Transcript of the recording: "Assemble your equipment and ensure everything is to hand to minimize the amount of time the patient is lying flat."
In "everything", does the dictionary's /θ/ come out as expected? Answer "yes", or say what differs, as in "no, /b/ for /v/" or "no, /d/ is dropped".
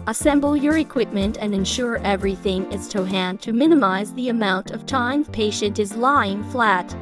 yes